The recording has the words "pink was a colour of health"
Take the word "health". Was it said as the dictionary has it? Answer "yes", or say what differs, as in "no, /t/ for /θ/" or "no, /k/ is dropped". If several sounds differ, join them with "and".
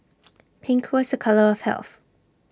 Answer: yes